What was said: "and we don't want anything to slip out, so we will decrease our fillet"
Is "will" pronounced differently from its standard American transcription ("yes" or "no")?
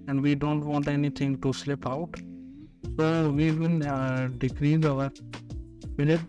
yes